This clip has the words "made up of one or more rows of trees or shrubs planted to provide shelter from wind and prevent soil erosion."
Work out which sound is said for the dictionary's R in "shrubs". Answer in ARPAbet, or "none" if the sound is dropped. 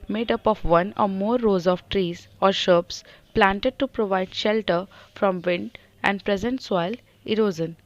none